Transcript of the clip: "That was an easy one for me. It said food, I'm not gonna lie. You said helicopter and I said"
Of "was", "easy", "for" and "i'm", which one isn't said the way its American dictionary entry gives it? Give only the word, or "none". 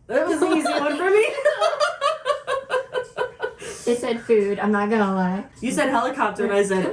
none